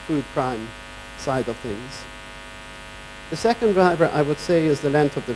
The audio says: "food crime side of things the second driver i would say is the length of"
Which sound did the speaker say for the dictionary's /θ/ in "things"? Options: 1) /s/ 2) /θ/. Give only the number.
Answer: 2